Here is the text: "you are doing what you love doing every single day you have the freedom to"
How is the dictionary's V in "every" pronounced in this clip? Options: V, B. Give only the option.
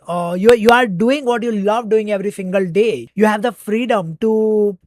V